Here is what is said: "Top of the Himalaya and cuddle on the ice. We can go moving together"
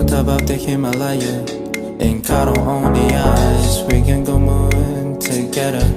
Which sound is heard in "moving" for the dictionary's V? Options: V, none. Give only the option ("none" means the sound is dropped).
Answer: none